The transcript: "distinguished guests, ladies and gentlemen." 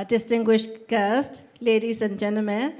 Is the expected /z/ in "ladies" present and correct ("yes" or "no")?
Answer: no